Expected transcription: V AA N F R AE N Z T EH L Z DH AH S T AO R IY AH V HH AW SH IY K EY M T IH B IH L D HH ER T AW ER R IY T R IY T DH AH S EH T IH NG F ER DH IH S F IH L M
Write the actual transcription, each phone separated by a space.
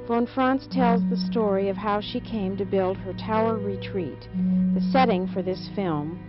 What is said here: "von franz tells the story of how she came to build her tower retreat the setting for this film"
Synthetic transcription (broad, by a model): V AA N F R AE N S T EH L Z DH AH S T AO R IY AH V HH AW SH IY K EY M T IH B IH L D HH ER T AW ER R IY T R IY T DH AH S EH T IH NG F ER DH IH S F IH L M